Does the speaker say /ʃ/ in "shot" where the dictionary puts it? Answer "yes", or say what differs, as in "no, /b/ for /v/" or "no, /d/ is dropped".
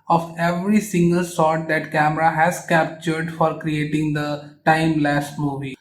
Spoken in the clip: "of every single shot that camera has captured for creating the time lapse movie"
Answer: no, /s/ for /ʃ/